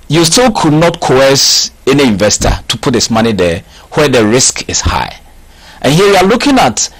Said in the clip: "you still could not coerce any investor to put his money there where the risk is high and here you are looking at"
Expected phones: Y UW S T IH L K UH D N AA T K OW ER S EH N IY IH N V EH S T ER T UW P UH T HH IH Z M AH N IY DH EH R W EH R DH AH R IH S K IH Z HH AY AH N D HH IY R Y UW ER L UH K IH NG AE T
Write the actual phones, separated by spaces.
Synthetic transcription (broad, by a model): Y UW S T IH L K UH D N AA T K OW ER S EH N IY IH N V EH S T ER T UW P UH T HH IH S M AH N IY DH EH W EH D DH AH R IH S K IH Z HH AY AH N HH IY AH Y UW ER L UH K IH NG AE T